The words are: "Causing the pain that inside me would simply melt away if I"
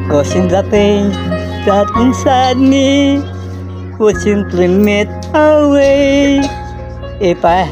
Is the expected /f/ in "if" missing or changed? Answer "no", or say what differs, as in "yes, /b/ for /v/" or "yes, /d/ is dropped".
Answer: yes, /p/ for /f/